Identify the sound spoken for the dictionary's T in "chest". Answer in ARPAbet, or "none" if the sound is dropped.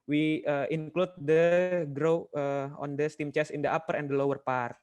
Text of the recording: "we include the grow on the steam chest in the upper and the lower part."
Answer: none